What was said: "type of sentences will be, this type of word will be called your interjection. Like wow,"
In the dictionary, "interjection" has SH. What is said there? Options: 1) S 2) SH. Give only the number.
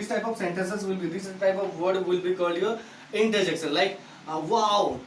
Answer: 1